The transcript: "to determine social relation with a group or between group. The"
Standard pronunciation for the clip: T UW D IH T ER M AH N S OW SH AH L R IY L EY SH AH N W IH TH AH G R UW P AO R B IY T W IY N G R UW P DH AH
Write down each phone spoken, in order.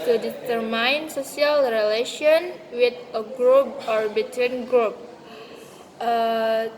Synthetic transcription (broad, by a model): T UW D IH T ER M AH N S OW S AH L R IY L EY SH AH N W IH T AH G R UW P AO R B IY T W IY N G R UW P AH